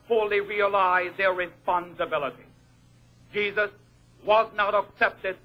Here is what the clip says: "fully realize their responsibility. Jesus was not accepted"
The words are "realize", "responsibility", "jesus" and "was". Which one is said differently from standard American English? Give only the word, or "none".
none